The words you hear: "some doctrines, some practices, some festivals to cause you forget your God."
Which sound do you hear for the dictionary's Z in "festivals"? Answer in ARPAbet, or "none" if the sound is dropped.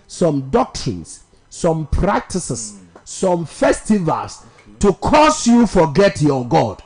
S